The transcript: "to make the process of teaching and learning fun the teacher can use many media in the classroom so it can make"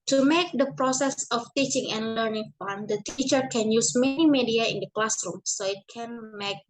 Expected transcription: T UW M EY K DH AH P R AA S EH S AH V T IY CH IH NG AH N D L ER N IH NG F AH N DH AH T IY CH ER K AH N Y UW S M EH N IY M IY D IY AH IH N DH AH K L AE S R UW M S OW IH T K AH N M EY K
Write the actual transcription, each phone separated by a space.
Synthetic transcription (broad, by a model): T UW M EY K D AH P R AA S EH S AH F T IY CH IH NG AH N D L ER N IH NG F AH N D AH T IY CH ER K AH N Y UW S M EH N IY M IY D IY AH IH N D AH K L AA S R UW M S OW IH T K AH N M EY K